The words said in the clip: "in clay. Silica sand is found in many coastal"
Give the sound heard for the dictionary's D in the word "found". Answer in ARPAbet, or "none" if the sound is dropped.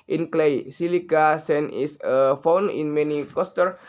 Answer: none